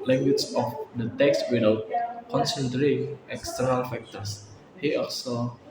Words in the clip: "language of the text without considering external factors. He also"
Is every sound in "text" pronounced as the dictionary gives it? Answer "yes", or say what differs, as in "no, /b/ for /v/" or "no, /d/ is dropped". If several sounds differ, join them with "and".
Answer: yes